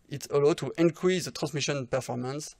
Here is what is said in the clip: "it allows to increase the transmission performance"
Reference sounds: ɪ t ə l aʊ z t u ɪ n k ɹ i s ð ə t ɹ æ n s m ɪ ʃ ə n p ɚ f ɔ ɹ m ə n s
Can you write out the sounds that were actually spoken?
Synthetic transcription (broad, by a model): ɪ t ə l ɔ t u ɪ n k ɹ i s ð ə t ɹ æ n s m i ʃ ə n p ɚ f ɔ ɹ m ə n s